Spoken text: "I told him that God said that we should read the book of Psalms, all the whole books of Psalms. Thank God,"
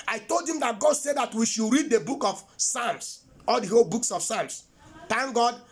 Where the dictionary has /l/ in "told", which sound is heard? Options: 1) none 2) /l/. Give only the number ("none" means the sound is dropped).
2